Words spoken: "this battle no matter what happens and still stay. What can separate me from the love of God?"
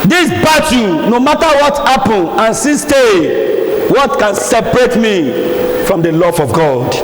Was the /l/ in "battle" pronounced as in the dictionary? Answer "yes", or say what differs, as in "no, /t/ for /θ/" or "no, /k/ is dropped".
no, /n/ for /l/